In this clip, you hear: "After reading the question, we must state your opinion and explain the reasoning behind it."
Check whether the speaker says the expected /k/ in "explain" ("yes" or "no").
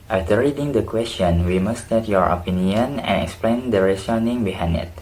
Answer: yes